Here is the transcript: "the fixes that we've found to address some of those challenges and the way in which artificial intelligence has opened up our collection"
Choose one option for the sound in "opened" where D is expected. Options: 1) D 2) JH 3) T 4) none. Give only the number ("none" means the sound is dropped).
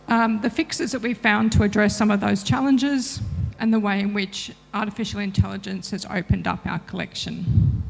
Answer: 1